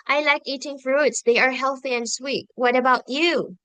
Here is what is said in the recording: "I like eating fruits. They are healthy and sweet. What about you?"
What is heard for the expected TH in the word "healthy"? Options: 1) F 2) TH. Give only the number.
2